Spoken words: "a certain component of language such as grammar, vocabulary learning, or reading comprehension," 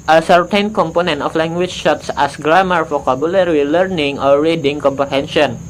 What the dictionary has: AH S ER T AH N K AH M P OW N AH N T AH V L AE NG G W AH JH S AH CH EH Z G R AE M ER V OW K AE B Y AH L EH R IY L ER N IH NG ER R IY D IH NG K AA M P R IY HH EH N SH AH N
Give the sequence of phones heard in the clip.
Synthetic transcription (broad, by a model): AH S ER T AH N K AH M P OW N AH N T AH F L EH NG G W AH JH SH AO S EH S G R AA M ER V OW K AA B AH L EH R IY L ER N IH NG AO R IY D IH NG K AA M P R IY HH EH N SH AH N